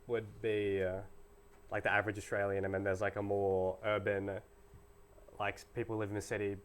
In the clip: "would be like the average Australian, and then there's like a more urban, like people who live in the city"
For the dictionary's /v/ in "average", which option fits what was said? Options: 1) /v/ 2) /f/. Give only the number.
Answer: 1